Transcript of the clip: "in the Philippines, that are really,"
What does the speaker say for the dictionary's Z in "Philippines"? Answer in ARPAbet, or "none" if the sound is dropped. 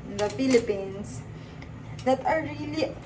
S